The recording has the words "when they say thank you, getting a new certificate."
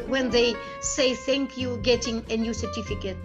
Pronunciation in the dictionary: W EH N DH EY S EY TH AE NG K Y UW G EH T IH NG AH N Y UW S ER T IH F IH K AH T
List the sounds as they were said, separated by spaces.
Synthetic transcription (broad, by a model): W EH N DH EY S EY TH AE NG K Y UW G EH T IH NG AH N Y UW S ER T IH F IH K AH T